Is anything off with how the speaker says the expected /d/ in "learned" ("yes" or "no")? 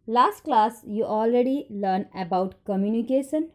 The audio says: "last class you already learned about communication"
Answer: yes